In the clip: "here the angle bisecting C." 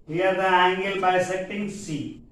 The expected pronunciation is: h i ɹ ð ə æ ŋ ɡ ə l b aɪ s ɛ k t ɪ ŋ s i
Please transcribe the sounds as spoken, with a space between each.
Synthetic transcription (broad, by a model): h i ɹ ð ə æ ŋ ɡ ə l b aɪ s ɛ t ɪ ŋ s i